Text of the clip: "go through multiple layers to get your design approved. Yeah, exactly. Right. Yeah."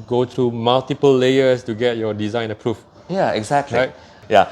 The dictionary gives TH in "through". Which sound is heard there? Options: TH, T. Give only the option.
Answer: T